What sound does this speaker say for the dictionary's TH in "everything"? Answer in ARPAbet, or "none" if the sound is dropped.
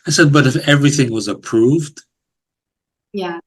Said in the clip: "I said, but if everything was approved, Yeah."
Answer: TH